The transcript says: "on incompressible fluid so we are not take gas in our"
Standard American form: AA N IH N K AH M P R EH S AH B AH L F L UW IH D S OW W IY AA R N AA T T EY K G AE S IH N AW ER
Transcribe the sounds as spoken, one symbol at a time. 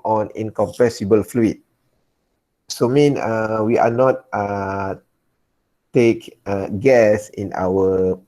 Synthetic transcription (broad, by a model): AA N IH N K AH M P EH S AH B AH L F L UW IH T S OW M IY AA W N AA T T EY K G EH S IH N AW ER